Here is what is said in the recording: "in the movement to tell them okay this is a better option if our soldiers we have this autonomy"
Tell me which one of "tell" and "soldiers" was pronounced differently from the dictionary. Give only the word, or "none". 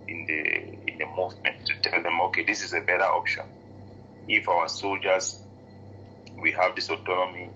none